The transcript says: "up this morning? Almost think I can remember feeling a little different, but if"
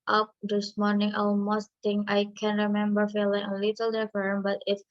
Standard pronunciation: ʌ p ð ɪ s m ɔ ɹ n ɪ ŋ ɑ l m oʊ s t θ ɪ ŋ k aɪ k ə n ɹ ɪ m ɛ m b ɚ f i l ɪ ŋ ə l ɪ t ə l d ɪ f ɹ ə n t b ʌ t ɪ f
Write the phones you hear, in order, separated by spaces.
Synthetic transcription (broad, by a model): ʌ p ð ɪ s m ɔ ɹ n ɪ ŋ ɑ l m oʊ s t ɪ ŋ aɪ k ə n ɹ ɪ m ɛ m b ɚ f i l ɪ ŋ ə l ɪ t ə l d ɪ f ə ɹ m b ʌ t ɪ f